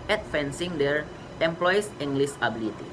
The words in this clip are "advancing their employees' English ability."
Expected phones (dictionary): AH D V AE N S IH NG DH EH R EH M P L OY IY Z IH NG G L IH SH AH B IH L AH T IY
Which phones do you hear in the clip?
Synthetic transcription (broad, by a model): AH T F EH N S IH NG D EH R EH M P L OY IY S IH NG G L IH S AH B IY L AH T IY